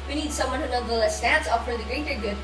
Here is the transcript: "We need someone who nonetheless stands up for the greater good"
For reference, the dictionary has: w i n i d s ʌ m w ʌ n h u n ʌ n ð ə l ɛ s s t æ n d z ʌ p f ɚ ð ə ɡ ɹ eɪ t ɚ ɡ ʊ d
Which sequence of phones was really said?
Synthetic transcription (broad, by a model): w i n i d s ʌ m w ʌ n h u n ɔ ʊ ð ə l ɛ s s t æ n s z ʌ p f ɚ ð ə ɡ ɹ eɪ t ɚ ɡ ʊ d